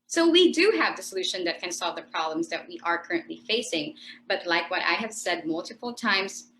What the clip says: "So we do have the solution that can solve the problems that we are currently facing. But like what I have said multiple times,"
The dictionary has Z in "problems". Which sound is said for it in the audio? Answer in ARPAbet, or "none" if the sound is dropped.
Z